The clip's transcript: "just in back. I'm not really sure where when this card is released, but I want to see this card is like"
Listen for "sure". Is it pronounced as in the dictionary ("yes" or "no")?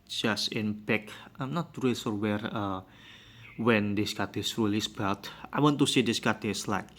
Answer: no